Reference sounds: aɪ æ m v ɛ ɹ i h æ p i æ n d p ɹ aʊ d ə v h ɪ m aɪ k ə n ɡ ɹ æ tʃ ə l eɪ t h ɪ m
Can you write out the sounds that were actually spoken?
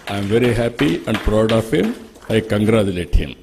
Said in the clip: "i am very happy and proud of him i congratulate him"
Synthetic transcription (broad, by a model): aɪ m v ɛ ɹ i h æ p i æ n d p ɹ aʊ d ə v h ɪ m aɪ k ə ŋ ɡ ɹ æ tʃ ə l eɪ t h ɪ m